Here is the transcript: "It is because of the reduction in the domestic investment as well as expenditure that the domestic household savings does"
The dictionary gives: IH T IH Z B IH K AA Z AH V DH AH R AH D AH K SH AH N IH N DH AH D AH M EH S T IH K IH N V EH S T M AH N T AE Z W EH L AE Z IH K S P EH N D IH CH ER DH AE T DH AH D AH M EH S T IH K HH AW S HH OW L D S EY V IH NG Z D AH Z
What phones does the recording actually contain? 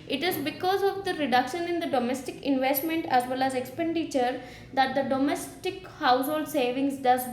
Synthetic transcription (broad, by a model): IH T IH Z B IH K AA Z AH V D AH R AH D AH K SH AH N IH N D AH D AH M EH S T IH K IH N V EH S T M AH N T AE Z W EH L AE Z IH K S P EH N D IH CH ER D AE T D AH D AH M EH S T IH K HH AW S HH OW L D S EY V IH NG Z D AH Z